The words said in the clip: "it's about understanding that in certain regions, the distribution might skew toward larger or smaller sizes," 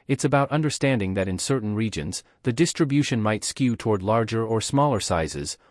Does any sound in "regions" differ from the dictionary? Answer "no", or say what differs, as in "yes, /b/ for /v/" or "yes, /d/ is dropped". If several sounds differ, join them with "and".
no